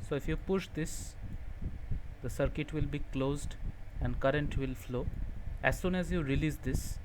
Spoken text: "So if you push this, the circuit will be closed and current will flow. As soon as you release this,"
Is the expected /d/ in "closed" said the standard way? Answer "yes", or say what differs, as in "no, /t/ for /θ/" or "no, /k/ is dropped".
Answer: yes